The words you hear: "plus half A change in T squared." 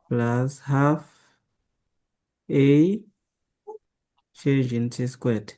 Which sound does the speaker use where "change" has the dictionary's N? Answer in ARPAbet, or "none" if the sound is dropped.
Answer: none